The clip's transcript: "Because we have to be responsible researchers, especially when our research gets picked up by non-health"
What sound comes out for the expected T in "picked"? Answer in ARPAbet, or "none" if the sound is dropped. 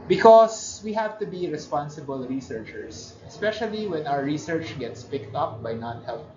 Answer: T